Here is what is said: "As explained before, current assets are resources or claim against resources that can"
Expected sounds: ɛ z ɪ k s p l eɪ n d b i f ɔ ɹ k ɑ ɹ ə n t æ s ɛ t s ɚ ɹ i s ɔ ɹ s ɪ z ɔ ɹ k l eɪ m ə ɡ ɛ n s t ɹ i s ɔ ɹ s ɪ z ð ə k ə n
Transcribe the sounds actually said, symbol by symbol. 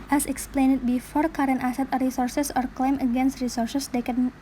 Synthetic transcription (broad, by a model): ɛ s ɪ k s p l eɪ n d b i f ɔ ɹ k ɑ ɹ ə n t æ s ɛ t ɚ ɹ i s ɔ ɹ s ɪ s ɔ ɹ k l eɪ m ə ɡ ɛ n s t ɹ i s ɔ ɹ s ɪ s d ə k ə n